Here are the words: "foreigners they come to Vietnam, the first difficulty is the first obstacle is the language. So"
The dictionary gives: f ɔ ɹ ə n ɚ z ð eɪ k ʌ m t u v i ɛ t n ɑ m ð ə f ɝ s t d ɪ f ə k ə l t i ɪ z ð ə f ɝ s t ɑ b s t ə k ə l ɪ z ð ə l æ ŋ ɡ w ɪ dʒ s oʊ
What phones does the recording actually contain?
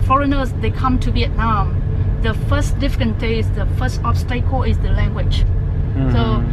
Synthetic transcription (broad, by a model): f ɔ ɹ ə n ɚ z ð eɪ k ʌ m t u b i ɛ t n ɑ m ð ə f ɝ s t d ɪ f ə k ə n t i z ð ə f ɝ s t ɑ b s t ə k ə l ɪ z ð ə l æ ŋ ɡ w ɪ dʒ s oʊ